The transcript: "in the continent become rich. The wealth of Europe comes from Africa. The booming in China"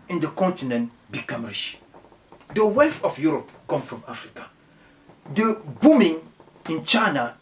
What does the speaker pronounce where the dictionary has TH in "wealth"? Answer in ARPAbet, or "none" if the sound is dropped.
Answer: F